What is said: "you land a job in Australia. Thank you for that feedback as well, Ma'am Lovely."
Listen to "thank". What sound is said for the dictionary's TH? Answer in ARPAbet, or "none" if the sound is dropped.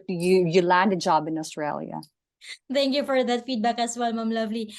T